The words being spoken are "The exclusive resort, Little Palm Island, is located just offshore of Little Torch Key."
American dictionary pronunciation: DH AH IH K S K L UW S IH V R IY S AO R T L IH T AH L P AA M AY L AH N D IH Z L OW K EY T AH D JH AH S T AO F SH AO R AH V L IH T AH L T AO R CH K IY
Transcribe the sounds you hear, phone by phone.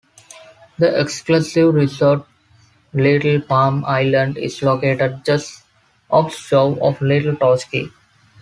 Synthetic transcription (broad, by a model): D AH IH K S K L UW S IH V R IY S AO R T L IH T AH L P AA M AY L AH N D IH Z L OW K EY T AH D JH AH S T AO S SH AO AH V L IH T AH L T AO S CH K IY